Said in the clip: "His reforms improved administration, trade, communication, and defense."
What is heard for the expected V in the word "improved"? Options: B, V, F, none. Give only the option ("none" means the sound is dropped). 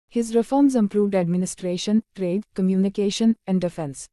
V